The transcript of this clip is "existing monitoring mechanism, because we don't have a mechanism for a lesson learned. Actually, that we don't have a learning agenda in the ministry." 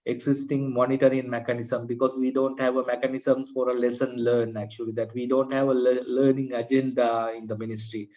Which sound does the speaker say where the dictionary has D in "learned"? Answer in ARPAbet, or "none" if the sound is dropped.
none